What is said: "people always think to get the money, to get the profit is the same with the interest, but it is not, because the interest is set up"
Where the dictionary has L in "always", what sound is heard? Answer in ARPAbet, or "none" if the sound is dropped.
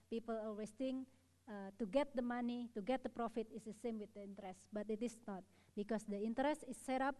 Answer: none